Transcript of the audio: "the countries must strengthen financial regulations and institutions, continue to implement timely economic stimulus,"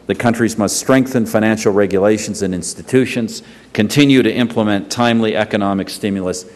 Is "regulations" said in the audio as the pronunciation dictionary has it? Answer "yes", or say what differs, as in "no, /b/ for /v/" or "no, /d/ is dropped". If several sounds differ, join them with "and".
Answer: yes